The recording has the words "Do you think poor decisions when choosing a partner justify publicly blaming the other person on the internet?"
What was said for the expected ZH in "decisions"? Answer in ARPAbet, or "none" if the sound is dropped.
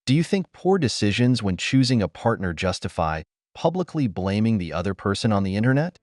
ZH